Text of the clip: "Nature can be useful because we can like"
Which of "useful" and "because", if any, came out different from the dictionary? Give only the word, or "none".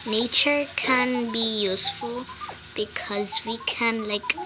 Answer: none